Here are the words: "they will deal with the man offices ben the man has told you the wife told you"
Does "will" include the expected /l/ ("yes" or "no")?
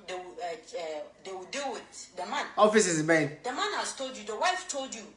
no